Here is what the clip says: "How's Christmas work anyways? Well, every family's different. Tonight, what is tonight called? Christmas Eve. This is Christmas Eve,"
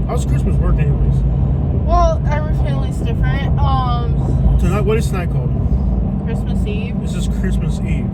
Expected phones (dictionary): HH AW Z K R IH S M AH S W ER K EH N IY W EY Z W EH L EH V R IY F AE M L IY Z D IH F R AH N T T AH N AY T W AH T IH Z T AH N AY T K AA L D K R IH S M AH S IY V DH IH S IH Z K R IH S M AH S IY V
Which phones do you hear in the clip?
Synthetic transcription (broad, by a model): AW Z K R IH S M AH S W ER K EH IY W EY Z W EH L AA R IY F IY L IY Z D IH F R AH N T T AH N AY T W AH T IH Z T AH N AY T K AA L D K R IH S M AH S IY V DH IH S IH Z K R IH S M AH S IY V